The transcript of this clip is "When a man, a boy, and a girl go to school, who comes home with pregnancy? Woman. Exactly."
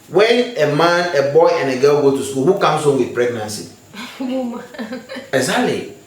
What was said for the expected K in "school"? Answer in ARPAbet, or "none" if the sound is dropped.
none